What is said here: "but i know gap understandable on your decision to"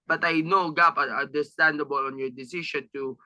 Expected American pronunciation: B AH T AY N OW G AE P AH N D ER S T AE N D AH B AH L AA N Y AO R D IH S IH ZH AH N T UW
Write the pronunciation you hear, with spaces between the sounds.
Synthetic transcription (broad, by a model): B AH T AY N OW G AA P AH N D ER S T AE N D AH B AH L AA N Y AO R D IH S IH SH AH N T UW